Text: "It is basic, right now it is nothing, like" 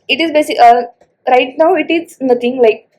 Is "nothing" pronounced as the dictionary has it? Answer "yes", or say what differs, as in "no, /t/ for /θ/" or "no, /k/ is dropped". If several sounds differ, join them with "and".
no, /t/ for /θ/